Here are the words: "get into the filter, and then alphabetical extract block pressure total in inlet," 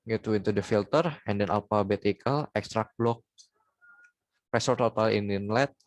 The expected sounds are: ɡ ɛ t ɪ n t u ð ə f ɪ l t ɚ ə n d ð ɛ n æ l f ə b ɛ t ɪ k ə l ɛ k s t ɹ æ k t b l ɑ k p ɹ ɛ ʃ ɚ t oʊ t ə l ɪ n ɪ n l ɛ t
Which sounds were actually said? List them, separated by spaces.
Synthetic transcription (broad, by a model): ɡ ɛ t ɪ n t u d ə f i l t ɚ ə n d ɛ n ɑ l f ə b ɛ t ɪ k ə l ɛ k s t ɹ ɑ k b l ɑ k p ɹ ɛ s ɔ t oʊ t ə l ɪ n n l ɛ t